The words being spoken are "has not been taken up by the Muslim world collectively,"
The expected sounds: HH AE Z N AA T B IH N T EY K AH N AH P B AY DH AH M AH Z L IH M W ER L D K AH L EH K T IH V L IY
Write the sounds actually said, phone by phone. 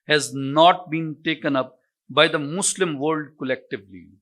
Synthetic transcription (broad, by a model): HH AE Z N AA T B IH N T EY K AH N AH P B AY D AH M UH S L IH M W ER L D K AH L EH K T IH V L IY